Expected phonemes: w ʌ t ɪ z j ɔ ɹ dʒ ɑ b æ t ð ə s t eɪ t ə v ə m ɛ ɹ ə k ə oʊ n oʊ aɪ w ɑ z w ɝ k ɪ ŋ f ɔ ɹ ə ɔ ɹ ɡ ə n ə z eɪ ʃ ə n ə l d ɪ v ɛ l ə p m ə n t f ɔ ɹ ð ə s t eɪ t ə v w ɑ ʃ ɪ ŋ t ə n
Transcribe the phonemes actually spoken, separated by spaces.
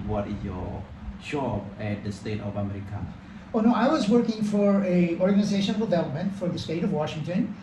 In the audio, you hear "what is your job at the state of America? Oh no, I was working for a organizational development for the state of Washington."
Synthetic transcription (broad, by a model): w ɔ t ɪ s j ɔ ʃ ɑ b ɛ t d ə s t eɪ t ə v ə m ɛ ɹ ə k ə oʊ n oʊ aɪ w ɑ z w ɝ k ɪ ŋ f ɔ ɹ ə ɔ ɹ ɡ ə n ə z eɪ ʃ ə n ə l d ɪ v ɛ l ə p m ə n t f ɔ ɹ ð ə s t eɪ t ə v w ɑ ʃ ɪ ŋ t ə n